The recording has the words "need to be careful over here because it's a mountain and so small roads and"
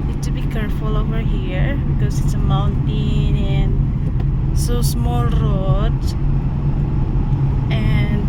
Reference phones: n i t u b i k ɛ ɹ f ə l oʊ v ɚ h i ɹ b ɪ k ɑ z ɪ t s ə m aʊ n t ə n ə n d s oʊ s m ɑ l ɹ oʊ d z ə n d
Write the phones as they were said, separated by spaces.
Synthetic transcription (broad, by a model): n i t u b i k ɛ ɹ f ə l oʊ v ɚ h i ɹ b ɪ k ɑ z ɪ t s ə m aʊ n t ə n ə n s oʊ s m ɑ l ɹ oʊ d ə n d